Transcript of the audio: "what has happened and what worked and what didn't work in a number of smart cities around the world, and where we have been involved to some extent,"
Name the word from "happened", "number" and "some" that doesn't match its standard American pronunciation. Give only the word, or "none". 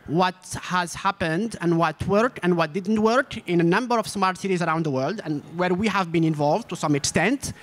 none